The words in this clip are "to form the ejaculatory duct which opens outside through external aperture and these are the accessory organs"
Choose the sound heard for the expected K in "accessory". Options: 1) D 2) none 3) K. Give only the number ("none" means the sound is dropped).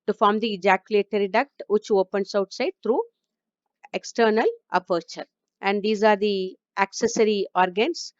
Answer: 3